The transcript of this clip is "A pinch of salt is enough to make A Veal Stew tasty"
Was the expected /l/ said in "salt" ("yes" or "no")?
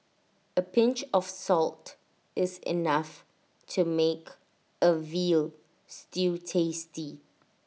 yes